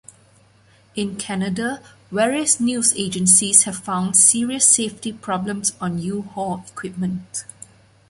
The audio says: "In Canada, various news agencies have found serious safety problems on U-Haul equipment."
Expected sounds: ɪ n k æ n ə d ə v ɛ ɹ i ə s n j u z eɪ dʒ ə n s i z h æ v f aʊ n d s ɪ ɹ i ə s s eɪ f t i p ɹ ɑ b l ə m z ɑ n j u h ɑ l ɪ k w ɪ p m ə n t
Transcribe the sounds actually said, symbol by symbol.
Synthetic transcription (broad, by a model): ɪ n k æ n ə d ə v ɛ ɹ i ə s n j u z eɪ dʒ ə n s i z h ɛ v f aʊ n d s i ɹ i ə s s eɪ f t i p ɹ ɑ b l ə m s ɑ n j u h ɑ ɪ k w ɪ p m ə n t